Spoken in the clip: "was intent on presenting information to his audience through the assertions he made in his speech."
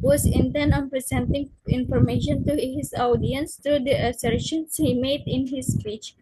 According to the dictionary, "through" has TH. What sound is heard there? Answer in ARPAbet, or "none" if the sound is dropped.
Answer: T